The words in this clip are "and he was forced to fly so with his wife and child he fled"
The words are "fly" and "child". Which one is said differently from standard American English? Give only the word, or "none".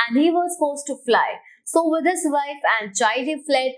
child